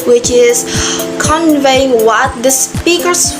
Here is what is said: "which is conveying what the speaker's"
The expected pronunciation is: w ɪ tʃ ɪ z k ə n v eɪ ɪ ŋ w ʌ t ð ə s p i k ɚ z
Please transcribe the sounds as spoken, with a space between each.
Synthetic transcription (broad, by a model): w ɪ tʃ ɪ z k ə n v eɪ ɪ ŋ w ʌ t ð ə s p i k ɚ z